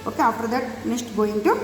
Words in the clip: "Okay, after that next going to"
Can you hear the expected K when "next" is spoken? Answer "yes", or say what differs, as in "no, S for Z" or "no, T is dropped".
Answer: no, K is dropped